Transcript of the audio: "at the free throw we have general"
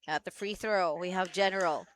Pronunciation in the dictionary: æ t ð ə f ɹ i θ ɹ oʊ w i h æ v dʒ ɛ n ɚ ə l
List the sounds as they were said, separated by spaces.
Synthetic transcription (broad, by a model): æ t ð ə f ɹ i θ ɹ oʊ w i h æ v dʒ ɛ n ɚ l